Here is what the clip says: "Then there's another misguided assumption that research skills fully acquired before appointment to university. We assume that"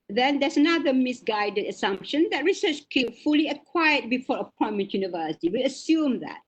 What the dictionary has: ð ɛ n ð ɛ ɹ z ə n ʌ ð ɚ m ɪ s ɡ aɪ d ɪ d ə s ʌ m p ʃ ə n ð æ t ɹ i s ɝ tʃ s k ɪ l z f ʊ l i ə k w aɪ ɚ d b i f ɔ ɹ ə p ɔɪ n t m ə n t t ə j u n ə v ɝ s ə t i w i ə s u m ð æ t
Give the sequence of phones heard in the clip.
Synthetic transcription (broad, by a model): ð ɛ n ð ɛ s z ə n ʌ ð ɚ m ɪ s ɡ aɪ d ɪ d ə s ʌ m p ʃ ə n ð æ t ɹ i s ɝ tʃ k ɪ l f ʊ l i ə k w aɪ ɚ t b i f ɔ ɹ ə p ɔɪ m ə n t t j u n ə v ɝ s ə t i w i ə s u m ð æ t